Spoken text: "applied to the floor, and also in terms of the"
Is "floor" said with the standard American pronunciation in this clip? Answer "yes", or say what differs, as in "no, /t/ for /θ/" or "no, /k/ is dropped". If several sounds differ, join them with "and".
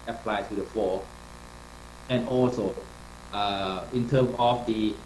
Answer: no, /l/ is dropped